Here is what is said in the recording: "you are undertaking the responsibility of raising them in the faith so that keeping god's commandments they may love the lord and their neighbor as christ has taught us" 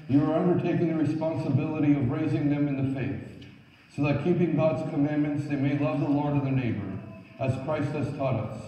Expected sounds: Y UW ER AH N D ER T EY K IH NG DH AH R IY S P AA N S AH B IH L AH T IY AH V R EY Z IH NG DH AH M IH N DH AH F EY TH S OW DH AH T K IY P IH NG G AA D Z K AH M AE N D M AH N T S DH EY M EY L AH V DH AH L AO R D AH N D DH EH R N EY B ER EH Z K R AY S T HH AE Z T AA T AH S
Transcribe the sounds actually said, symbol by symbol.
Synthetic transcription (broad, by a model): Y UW ER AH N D ER T EY K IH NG DH AH R IY S P AA N S AH B IH L AH T IY AH V R EY Z IH NG DH AH M IH N DH AH F EY TH S OW DH AH T K IY P IH NG G AA D Z K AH M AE N M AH N T S DH EY M EY L AH V DH AH L AO R D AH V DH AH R N EY B ER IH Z K R AY S T HH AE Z T AA T AH S